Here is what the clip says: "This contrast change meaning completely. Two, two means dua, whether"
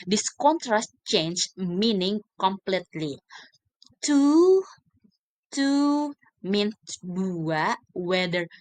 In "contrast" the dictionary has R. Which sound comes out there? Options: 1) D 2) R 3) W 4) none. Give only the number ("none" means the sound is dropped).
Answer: 2